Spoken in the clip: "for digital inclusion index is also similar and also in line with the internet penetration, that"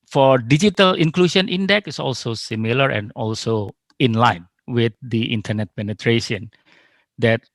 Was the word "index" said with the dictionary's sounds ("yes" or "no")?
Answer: no